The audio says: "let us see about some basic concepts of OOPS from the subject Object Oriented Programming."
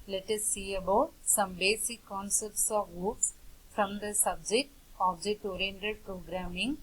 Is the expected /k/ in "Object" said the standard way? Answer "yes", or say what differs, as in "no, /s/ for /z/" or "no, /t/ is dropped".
no, /k/ is dropped